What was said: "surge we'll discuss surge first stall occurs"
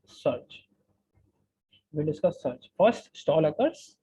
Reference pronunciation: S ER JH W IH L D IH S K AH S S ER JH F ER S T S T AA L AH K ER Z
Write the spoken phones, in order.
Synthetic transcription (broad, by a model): S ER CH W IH N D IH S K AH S S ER CH F ER S T S T AA L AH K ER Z